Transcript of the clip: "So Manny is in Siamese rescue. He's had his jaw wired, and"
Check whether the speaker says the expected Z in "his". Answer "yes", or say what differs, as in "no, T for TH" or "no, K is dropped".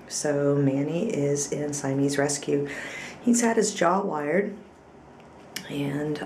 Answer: yes